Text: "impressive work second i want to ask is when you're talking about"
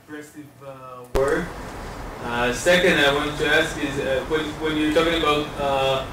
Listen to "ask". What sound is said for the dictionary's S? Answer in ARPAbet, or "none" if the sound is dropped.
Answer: S